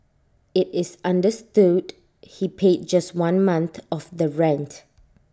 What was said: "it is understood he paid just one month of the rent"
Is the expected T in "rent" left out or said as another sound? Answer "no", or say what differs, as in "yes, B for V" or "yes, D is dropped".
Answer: no